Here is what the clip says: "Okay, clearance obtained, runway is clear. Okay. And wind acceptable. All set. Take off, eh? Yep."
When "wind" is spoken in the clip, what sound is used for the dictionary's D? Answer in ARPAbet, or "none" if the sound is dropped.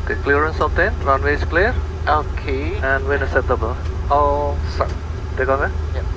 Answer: none